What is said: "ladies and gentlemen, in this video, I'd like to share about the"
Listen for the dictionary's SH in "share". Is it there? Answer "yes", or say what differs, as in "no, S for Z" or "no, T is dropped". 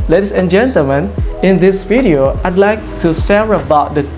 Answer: no, S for SH